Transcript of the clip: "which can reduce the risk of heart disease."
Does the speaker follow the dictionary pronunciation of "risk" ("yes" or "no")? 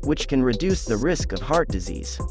yes